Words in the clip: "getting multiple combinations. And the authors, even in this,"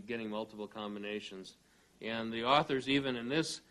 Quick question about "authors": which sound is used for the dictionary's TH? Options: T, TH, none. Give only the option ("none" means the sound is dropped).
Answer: TH